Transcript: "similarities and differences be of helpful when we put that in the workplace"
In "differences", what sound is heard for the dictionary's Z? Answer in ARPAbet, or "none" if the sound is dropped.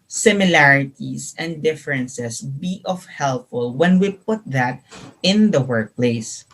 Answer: S